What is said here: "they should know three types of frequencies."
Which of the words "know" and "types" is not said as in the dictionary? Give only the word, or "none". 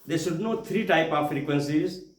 types